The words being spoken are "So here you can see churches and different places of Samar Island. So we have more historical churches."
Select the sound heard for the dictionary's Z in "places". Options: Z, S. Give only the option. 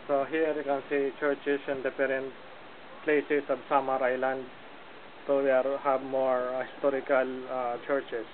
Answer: S